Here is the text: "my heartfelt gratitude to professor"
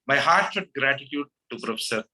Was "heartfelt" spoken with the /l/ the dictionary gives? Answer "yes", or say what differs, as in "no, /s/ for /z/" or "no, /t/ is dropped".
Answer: no, /l/ is dropped